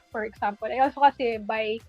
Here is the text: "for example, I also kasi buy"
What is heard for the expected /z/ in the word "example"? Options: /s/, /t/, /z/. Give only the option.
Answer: /s/